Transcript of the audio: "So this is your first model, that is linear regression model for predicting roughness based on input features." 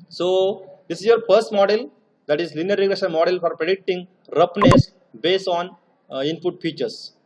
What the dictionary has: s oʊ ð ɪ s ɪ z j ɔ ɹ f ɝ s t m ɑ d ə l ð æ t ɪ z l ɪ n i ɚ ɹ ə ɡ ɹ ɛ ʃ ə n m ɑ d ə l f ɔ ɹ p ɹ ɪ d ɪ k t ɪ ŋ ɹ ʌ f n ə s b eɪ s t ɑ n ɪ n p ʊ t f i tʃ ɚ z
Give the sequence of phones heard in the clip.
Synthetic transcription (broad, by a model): s oʊ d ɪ s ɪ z j ɔ ɹ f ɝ s t m ɑ d ə l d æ t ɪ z l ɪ n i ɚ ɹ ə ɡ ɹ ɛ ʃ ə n m ɑ d ə l f ɔ ɹ p ɹ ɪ d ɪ k t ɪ ŋ ɹ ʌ p n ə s b eɪ s t ɑ n ɪ n p ʊ t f i tʃ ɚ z